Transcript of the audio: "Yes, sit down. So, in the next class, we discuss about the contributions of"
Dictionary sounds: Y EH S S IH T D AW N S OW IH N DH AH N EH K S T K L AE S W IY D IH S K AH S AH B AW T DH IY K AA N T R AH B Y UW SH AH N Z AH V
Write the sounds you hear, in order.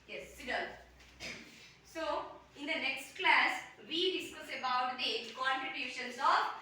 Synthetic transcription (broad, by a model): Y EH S S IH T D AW L S OW IH N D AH N EH K S T K L AE S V IY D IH S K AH S AH B AW T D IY K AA N T R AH B Y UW SH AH N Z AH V